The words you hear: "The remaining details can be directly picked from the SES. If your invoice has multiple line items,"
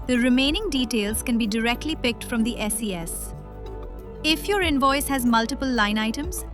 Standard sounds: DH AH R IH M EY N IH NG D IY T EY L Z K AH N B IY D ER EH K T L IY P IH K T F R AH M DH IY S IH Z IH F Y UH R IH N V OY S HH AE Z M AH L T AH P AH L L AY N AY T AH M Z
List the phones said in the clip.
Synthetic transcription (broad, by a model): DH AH R IH M EY N IH NG D IY T EY L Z K AH N B IY D ER EH K T L IY P IH K T F R AH M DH IY S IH S IH F Y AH R IH N V OY S HH AE Z M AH L T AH P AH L L AY N AY T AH M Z